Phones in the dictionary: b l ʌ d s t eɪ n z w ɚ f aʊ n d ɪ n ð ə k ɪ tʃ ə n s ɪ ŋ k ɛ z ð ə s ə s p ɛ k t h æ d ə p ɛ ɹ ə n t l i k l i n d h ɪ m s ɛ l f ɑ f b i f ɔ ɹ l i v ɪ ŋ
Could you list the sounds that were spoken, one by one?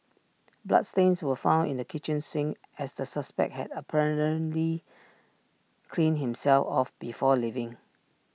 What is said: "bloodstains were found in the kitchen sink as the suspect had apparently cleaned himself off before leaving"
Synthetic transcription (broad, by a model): b l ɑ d s t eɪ n s w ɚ f aʊ n d ɪ n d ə k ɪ tʃ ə n s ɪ ŋ ɛ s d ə s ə s p ɛ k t h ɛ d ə p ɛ ɹ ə n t l i k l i n h ɪ m s ɛ l f ɑ f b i f ɔ l i v ɪ ŋ